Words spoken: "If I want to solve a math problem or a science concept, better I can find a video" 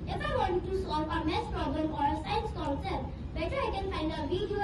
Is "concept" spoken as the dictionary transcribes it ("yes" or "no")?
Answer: no